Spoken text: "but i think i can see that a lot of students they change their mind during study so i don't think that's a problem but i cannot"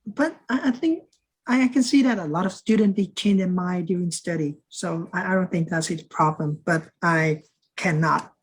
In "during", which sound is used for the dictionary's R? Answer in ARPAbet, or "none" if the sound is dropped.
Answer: none